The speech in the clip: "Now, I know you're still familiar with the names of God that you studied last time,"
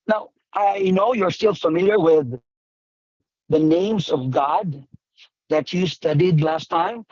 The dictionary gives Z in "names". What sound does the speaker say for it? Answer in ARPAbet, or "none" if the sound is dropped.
Z